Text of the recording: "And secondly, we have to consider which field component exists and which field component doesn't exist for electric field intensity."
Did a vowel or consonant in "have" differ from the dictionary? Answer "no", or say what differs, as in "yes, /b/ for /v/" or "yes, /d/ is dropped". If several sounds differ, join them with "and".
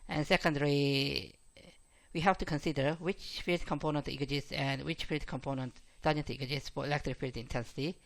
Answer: yes, /f/ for /v/